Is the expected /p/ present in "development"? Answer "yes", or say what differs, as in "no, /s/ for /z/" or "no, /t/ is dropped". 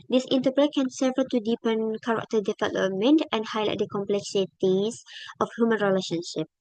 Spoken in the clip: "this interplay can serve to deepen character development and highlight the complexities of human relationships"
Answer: no, /p/ is dropped